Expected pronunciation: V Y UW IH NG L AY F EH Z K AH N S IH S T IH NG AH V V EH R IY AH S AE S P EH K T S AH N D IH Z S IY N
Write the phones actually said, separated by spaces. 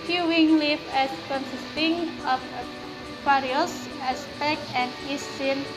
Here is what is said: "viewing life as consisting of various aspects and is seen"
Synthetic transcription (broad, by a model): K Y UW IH NG L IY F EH S K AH N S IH S T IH NG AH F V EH R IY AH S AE S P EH K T AH N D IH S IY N